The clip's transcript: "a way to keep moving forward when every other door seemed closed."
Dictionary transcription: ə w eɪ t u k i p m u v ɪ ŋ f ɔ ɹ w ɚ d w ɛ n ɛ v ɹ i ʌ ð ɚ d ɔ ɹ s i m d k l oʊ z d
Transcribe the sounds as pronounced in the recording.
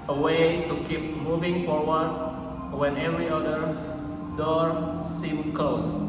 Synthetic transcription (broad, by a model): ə w eɪ t u k i p m u v ɪ ŋ f ɔ ɹ w ɚ d w ɛ n ɛ v ɹ i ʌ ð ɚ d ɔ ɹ s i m k l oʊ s